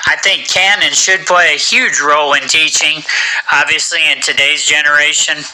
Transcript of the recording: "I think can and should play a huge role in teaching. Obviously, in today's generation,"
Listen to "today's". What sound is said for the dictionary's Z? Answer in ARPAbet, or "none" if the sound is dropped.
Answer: Z